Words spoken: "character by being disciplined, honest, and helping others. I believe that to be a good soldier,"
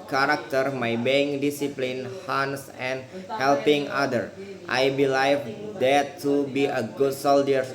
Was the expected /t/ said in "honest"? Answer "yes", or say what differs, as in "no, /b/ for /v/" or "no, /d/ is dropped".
no, /t/ is dropped